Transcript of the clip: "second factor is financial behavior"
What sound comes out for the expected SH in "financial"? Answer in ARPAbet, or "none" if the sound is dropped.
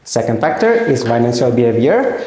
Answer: S